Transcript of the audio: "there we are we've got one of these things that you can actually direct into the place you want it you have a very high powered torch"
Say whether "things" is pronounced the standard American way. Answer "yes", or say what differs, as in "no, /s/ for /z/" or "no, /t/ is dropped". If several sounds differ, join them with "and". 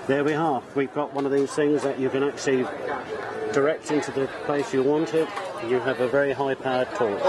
yes